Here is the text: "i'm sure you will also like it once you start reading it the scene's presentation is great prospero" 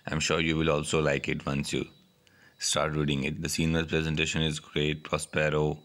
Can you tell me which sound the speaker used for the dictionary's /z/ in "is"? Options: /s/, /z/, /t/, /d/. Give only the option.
/z/